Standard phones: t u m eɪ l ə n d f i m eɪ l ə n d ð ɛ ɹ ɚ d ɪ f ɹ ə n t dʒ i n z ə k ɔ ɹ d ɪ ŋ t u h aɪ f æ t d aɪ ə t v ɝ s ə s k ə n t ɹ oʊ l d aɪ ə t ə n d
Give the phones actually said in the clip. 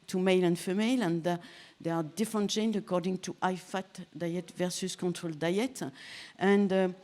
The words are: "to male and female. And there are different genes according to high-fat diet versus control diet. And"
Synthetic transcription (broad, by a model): t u m eɪ l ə n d f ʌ m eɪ l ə n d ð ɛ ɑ d ɪ f ɹ ə n t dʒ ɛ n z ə k ɔ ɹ d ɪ ŋ t u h aɪ f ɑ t d aɪ ə t v ɝ s ə s k ə n t ɹ oʊ l d aɪ ə t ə n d